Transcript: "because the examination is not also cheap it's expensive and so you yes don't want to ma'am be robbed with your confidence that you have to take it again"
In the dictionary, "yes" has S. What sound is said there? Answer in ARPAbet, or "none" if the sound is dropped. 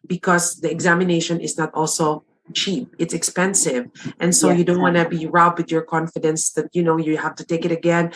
none